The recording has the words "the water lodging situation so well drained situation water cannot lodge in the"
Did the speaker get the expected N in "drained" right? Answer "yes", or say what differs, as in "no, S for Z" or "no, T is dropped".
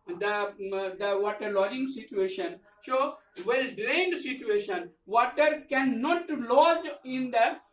yes